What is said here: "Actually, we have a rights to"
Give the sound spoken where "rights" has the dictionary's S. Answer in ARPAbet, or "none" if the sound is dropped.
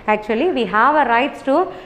S